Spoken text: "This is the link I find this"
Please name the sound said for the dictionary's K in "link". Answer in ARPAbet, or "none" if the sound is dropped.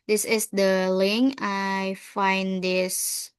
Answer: none